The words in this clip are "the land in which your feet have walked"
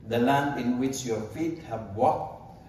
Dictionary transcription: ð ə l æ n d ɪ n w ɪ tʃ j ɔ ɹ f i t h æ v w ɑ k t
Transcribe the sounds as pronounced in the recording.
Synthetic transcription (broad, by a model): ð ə l æ n d ɪ n w ɪ tʃ j ɔ ɹ f i t h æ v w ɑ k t